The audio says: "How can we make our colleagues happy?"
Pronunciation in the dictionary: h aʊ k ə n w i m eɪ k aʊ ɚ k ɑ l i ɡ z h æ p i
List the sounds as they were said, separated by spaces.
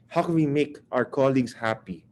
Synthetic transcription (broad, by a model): h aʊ k ə n w i m eɪ k aʊ ɚ k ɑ l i ɡ s h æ p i